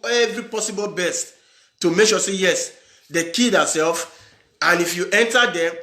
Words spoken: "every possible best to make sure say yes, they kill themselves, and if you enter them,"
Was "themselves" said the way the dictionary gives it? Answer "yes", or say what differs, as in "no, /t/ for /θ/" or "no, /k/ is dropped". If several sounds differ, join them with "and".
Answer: no, /m/ is dropped